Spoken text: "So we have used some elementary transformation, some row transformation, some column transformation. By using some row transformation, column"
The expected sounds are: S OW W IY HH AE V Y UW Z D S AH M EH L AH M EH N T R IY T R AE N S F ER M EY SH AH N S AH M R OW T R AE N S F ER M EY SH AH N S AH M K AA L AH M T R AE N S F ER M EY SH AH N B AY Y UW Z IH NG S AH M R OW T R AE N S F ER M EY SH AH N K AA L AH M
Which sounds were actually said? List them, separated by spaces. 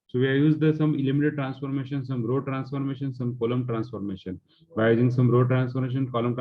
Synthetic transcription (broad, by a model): S OW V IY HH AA Y UW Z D S AH M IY L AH M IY T IY T R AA N S F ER M EY SH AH N S AH M R OW T R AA N S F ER M EY SH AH N S AH M K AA L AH M T R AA N S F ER M EY SH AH N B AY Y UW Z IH NG S AH M R OW T R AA N S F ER M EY SH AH N K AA L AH M